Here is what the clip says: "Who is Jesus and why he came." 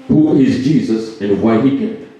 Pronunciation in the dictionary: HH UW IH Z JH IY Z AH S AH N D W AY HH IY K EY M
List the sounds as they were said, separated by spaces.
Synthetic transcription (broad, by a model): HH UW IH Z JH IY Z AH S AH N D W AY HH IY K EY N